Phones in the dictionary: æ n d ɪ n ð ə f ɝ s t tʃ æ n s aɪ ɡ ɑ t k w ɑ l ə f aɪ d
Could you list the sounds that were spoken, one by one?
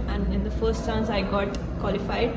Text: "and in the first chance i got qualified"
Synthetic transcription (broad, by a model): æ n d ɪ n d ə f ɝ s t s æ n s aɪ ɡ ɑ t k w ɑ l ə f aɪ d